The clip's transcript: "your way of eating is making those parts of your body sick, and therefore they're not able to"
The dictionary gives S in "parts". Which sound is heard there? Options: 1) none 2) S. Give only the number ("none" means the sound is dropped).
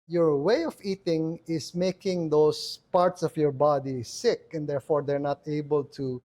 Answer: 2